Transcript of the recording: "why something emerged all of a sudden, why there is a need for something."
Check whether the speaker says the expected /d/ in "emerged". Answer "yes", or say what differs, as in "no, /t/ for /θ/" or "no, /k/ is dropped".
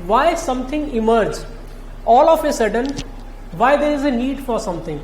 no, /d/ is dropped